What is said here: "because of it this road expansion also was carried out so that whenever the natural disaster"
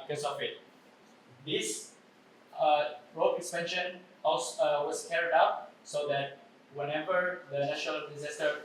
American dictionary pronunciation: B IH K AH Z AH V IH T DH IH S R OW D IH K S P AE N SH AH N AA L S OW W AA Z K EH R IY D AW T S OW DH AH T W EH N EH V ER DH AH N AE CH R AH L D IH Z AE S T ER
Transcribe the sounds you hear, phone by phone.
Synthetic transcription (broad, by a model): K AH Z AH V IH T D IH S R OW IH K S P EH N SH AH N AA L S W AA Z K EH R IY D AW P S OW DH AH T W EH N EH V ER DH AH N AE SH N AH L D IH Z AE S T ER